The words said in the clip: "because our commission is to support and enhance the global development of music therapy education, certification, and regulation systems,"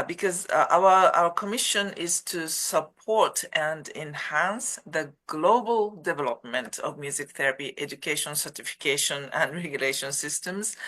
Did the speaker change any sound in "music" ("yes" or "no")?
no